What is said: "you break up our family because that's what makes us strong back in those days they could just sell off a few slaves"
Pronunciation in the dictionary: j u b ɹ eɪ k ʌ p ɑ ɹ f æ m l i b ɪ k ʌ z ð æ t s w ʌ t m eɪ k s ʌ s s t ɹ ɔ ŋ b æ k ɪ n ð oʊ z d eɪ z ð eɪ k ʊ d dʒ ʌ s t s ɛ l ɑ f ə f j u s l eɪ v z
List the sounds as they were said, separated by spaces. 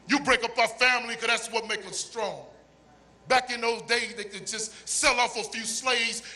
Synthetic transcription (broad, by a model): j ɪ b ɹ eɪ k ʌ p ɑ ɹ f æ m l i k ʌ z ð æ t s w ʌ t m eɪ k ʌ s s t ɹ ɔ ŋ b æ k ɪ n ð oʊ z d eɪ z ð eɪ k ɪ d dʒ ʌ s t s ɛ l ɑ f ə f j u s l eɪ v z